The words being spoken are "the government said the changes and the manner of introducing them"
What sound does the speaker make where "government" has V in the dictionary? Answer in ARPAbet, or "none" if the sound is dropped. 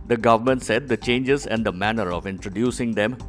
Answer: V